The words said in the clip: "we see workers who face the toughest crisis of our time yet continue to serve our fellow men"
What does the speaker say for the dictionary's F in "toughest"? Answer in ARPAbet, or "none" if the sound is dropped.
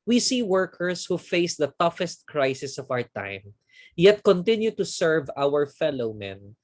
F